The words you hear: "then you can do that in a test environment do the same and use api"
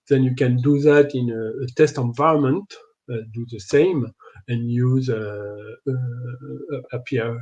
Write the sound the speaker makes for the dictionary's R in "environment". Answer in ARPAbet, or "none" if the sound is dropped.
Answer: R